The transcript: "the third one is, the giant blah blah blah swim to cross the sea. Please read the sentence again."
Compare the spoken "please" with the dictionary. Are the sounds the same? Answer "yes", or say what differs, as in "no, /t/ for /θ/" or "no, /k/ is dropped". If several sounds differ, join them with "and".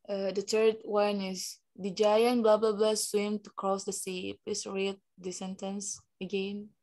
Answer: no, /l/ is dropped and /s/ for /z/